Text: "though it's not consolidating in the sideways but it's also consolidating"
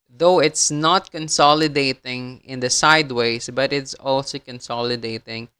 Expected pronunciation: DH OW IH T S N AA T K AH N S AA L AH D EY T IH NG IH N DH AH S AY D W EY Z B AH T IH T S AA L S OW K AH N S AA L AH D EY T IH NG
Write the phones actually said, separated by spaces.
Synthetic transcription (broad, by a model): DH OW IH T S N AA T K AH N S AA L AH D EY T IH NG IH N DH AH S AY D W EY S B AH T IH T S AA L S OW K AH N S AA L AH D EY T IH NG